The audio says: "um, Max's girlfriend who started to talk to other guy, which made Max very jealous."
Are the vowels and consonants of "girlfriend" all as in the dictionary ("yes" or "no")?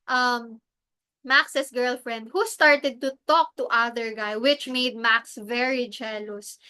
yes